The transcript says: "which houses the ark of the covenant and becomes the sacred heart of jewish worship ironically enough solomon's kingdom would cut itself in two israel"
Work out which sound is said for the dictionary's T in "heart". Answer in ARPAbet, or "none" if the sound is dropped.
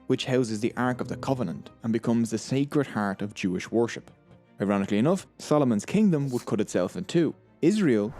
T